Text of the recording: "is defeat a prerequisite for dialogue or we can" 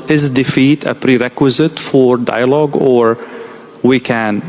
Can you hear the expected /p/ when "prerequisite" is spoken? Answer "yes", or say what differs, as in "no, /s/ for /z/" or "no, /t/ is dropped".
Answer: yes